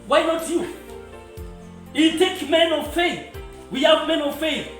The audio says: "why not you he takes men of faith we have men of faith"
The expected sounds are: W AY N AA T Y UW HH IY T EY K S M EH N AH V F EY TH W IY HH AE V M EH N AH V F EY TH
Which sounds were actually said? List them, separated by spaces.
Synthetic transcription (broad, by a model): W AY N AA T Y UW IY T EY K M EH N AH V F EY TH W IY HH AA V M EH N AH V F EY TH